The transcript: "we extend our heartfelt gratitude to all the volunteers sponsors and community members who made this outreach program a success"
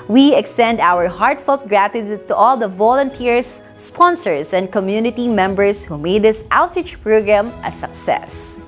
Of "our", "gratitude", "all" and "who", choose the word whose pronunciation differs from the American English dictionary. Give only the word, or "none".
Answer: none